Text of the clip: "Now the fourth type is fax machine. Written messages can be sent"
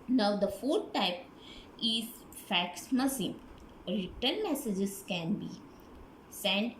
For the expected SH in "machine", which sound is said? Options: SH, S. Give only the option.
S